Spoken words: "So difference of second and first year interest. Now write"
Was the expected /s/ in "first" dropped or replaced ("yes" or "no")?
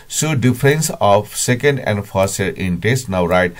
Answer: yes